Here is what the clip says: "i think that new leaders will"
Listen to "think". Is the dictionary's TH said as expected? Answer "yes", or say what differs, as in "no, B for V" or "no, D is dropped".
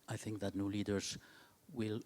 yes